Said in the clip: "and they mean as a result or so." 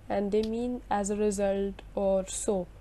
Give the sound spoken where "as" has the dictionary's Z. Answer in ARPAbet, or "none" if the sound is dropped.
Z